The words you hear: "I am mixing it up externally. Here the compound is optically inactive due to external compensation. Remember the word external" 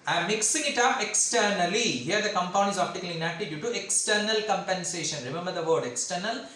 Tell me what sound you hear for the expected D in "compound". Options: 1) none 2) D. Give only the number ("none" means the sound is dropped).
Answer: 1